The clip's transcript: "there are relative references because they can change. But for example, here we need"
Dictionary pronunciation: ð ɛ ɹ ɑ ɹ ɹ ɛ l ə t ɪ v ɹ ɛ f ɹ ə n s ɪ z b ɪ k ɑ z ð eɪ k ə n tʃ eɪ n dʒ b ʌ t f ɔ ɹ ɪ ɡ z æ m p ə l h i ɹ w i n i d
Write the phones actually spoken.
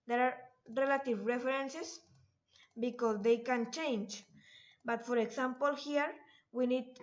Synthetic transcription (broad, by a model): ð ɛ ɹ ɑ ɹ ɹ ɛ l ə t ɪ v ɹ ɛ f ɹ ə n s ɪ s b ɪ k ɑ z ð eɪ k ə n tʃ eɪ n dʒ b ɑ t f ɔ ɹ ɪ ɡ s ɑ m p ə l h i ɹ w i n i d